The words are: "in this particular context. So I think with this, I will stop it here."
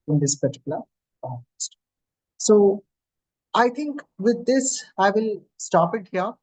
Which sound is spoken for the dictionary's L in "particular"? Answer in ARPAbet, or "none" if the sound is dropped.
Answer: none